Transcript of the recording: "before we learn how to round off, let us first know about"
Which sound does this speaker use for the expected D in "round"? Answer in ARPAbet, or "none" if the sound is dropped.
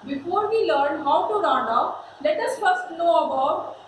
none